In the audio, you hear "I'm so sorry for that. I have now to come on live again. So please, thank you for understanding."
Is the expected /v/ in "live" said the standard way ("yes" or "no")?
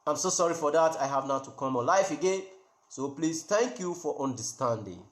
no